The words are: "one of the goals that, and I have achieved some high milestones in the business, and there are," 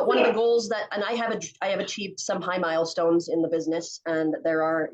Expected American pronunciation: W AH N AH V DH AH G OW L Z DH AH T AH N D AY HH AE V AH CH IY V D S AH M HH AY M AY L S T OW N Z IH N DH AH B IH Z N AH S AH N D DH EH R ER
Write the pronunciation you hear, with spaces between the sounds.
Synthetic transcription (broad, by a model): W AH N AH V DH AH G OW L Z DH AH T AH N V AY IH V AH CH IY V D S AH M HH AY M AY L S T OW N Z IH N DH AH B IH Z N AH S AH N DH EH R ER